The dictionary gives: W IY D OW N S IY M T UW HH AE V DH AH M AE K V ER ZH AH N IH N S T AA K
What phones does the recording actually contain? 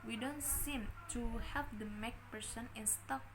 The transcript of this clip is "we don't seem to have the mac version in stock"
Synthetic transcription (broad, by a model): W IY D OW N S IY M T UW HH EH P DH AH M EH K P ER S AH N IH N S T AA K